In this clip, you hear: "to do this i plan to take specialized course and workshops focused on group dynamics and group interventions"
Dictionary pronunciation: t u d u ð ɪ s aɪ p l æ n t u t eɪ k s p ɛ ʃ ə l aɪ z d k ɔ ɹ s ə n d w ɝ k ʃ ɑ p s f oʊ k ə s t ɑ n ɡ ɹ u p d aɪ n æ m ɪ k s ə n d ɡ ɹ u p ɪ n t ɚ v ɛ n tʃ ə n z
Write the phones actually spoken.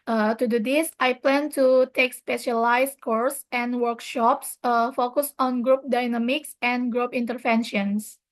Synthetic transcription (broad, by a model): t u d u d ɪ s aɪ p l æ n t u t eɪ k s p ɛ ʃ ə l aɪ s k ɔ ɹ s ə n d w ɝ k ʃ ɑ p s f oʊ k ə s ɑ n ɡ ɹ u p d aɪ n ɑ m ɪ k s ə n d ɡ ɹ u p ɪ n t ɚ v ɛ n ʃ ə n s